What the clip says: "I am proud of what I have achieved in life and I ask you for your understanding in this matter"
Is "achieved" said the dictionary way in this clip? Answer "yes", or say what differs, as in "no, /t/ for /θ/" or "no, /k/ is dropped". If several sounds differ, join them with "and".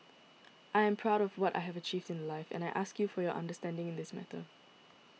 yes